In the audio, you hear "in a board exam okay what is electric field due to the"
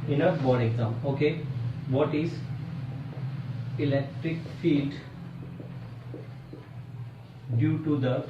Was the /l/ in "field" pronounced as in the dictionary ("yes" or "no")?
yes